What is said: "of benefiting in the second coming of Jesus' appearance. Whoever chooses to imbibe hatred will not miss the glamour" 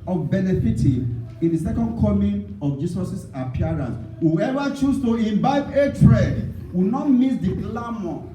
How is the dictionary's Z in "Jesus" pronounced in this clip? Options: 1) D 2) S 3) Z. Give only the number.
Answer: 2